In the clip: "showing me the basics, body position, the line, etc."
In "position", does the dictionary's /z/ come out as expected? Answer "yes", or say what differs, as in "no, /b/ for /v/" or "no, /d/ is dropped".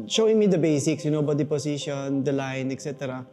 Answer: no, /s/ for /z/